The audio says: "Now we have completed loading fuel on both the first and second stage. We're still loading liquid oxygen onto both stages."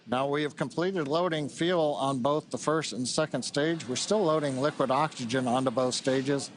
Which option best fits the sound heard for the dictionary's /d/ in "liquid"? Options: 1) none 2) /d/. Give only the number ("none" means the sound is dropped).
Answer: 2